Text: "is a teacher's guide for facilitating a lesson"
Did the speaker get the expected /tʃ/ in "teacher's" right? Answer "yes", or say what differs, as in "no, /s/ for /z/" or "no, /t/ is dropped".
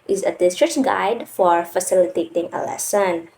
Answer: no, /s/ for /tʃ/